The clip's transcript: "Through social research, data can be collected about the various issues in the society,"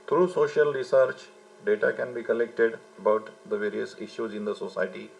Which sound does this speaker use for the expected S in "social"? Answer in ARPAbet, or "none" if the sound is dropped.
S